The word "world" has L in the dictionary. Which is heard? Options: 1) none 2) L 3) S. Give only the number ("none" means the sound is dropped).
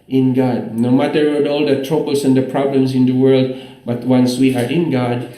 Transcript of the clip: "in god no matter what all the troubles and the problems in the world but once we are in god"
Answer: 2